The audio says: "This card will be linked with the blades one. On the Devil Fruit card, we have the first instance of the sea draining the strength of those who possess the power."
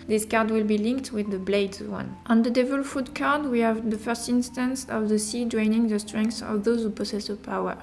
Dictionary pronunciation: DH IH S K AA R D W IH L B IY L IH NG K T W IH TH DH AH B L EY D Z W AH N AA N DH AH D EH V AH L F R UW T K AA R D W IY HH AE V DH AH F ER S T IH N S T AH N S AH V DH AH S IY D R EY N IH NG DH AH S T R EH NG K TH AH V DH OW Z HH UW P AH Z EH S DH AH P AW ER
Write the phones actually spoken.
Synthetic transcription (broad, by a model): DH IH S K AA R D W IH L B IY L IH NG K T W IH DH AH B L EY D Z W AH N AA N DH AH D EH V AH L F UW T K AA R D W IY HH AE V DH AH F ER S T IH N S T AH N S AH V DH AH S IY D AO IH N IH NG DH AH S T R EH NG K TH AH V DH OW Z HH UW P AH S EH S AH P AW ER